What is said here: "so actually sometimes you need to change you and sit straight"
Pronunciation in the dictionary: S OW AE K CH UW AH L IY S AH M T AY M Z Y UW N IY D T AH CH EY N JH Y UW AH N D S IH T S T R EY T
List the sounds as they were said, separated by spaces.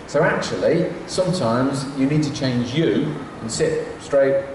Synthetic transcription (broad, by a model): S OW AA K CH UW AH L IY S AH M T AY M Z Y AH N IY D T AH CH EY N JH Y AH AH N S IH T S T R EY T